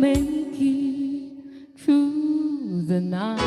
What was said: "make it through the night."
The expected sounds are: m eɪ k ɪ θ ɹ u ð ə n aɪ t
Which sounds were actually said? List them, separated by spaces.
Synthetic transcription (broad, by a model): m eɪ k ɪ t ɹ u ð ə n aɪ